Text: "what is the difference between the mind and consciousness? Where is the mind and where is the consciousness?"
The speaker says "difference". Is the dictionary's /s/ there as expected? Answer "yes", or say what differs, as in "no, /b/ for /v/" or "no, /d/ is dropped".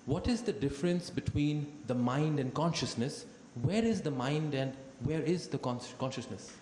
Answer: yes